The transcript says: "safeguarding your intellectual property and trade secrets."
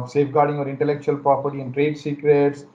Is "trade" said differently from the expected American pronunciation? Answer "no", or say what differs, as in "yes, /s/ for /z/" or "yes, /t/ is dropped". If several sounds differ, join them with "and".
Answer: no